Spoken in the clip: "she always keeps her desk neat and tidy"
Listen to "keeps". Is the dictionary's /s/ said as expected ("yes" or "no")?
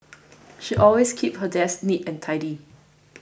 no